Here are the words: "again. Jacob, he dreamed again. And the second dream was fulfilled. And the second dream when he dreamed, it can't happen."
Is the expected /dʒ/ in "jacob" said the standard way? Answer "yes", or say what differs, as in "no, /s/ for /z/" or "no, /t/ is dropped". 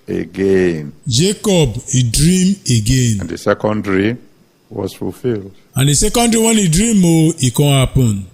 yes